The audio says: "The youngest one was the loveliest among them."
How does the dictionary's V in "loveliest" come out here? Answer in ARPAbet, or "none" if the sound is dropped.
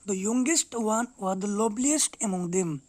B